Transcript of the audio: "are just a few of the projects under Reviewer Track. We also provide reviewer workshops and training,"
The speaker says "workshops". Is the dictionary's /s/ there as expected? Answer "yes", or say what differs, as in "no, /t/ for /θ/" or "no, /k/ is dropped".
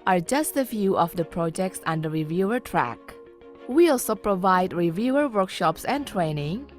yes